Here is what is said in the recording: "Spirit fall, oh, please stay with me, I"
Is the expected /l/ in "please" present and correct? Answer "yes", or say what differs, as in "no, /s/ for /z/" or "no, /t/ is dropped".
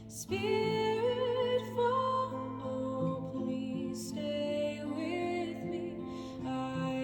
no, /n/ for /l/